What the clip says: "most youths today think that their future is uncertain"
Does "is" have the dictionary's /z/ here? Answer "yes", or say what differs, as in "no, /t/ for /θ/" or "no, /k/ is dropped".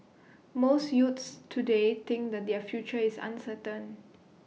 no, /s/ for /z/